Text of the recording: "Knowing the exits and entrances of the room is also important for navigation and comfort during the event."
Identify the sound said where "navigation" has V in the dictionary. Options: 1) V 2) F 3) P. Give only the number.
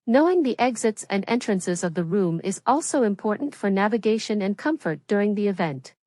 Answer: 1